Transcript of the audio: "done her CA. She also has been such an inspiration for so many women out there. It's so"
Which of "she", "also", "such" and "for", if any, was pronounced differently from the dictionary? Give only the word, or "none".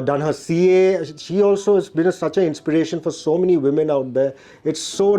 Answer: none